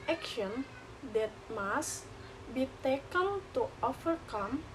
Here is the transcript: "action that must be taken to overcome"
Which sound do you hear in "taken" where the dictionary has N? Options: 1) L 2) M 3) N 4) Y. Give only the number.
1